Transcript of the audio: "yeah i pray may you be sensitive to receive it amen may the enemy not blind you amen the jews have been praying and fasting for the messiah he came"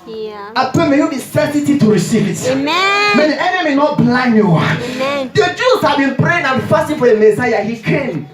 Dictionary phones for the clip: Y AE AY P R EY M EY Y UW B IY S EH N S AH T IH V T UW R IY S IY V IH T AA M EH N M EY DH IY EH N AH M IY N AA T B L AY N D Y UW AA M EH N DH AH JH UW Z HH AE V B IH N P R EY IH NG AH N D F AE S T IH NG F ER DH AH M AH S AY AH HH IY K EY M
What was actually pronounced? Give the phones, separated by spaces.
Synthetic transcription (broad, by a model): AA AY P EY M EY Y UW B IY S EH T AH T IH T UW R IY S IY V IH T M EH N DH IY EH N AH M IY N AA T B L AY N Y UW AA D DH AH JH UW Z HH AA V B IH N P R EY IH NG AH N F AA S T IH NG F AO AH M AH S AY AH HH IY K EY M